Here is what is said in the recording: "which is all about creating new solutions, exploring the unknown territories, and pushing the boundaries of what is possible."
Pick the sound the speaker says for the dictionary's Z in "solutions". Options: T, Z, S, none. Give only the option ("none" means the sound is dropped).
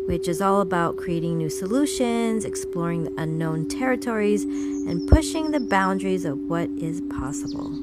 Z